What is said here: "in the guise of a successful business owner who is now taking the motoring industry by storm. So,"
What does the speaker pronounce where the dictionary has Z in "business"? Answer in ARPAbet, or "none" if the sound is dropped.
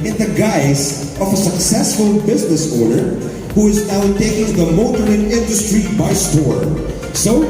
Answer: Z